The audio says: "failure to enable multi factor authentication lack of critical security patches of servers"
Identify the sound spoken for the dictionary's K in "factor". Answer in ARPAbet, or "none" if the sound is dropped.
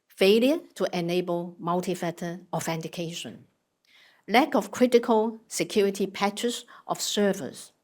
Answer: none